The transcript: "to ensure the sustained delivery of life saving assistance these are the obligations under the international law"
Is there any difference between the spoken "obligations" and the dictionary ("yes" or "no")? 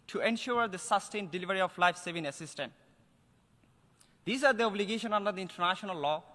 yes